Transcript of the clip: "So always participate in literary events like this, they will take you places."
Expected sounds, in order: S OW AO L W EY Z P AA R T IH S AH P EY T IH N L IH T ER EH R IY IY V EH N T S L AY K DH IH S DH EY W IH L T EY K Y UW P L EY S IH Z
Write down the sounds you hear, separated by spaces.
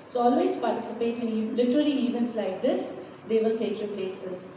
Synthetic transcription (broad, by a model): S OW AO L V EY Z P AA R T IH S AH P EY T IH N L IH T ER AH L IY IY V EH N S L AY K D IH S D EY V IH L T EY K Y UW P L EY S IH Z